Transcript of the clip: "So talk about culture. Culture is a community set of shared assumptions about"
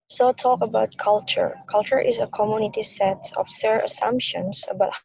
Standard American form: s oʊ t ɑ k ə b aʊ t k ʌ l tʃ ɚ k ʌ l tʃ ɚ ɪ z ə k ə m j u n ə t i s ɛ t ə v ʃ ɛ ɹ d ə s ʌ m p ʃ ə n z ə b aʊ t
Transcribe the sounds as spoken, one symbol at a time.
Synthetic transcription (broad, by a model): s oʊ t ɑ k ə b aʊ t k ʌ l tʃ ɚ k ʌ l tʃ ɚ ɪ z ə k ə m j u n ə t i s ɛ t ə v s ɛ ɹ ə s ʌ m p ʃ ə n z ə b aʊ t